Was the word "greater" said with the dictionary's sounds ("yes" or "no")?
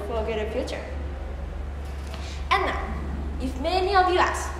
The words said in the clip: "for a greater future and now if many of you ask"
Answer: no